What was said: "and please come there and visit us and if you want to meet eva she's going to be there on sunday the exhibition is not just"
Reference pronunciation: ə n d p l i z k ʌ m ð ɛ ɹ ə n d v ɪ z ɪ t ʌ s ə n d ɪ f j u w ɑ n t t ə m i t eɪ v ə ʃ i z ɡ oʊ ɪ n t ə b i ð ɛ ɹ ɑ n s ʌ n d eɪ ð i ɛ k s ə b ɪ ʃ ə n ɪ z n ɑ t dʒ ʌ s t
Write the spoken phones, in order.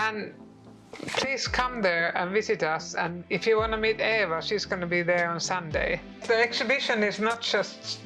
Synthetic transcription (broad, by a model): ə n p l i z k ʌ m ð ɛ ɹ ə n v ɪ z ɪ t ʌ s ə n ɪ f j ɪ w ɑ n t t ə m i t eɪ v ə s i z ɡ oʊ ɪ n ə b i ð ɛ ɹ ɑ n s ʌ n d eɪ ð i ɛ k s ə b ɪ ʃ ə n ɪ z n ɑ t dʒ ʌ s t